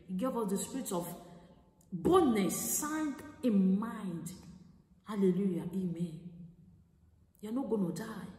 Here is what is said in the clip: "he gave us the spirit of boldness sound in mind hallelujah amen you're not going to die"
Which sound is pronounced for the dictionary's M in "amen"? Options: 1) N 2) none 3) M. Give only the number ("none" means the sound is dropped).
3